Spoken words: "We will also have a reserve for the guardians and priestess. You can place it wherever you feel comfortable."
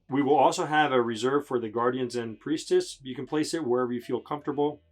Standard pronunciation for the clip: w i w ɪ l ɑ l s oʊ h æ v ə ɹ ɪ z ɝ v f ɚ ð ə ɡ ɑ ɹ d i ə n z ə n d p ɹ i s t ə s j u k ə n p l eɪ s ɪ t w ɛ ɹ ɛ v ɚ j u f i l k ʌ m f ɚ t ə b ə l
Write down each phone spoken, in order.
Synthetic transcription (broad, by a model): w i w ɪ l ɑ l s oʊ h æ v ə ɹ ɪ z ɝ v f ɚ ð ə ɡ ɑ ɹ d i ə n z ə n p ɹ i s t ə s j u k ə n p l eɪ s ɪ t w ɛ ɹ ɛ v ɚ j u f i l k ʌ m f t ə b l